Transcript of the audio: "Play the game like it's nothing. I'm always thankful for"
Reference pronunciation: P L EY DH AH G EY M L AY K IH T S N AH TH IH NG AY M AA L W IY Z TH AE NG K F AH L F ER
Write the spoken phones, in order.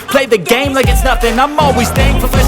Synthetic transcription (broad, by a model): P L EY DH AH G EY M L AY K IH T S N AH F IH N AY M AA L W IY Z S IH NG F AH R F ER